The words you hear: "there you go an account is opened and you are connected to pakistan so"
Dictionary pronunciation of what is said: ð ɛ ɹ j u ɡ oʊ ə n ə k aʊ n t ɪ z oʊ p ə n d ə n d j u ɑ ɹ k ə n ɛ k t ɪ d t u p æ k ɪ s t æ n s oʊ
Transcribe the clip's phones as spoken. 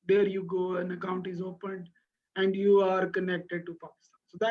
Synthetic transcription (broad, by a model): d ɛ ɹ j u ɡ oʊ ə n ə k aʊ n t ɪ z oʊ p ə n d ə n d j u ɑ ɹ k ə n ɛ k t ɪ d t u p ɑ k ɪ s t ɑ n s oʊ